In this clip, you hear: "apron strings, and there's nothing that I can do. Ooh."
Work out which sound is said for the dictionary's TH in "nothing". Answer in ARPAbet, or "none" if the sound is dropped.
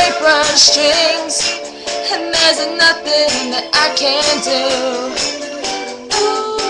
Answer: TH